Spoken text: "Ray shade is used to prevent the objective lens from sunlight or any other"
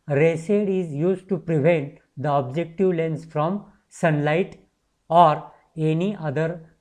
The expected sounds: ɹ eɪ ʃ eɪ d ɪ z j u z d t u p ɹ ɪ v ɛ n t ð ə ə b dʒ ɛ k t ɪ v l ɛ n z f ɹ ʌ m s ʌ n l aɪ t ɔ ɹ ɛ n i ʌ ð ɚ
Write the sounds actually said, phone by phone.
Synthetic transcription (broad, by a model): ɹ eɪ s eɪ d ɪ z j u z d t u p ɹ ɪ v ɛ n t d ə ə b dʒ ɛ k t ɪ v l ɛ n s f ɹ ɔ m s ʌ n l aɪ t ɔ ɹ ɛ n i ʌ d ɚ